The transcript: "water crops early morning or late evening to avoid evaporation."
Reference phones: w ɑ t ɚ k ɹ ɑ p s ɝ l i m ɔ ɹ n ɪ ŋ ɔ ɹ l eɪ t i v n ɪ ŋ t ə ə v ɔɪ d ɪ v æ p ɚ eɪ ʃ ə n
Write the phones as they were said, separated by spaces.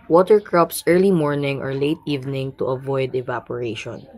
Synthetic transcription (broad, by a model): w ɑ t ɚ k ɹ ɑ p s ɝ l i m ɔ ɹ n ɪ ŋ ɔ ɹ l eɪ t i v n ɪ ŋ t ə ə v ɔɪ d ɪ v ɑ p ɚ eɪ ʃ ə n